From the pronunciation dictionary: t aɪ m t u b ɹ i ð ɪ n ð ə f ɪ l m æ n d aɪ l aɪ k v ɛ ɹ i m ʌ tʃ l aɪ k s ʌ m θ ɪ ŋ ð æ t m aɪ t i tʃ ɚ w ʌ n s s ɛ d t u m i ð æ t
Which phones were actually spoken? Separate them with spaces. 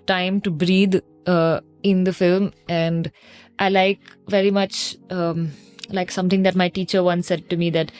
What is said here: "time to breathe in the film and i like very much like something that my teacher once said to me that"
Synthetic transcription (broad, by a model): t aɪ m t u b ɹ i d ɪ n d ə f ɪ l m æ n d aɪ l aɪ k v ɛ ɹ i m ʌ tʃ l aɪ k s ʌ m t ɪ ŋ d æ t m aɪ t i tʃ ɚ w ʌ n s s ɛ d t u m i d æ t